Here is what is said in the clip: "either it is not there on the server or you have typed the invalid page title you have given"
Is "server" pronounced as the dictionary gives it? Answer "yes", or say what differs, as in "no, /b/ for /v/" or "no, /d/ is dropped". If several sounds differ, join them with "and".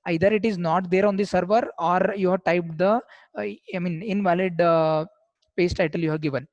yes